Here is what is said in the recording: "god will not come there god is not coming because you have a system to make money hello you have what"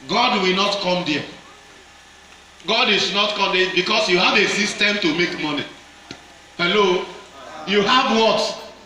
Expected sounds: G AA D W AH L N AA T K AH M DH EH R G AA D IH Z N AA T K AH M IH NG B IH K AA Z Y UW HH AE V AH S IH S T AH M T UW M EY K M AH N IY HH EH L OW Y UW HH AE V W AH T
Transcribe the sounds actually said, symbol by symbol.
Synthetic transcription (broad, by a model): G AA D W AH L N AA T K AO M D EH G AA D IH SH N AA T K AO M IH B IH K AA S Y UW HH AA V AH S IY S T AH M T UW M EY K M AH N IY HH EH L OW Y UW HH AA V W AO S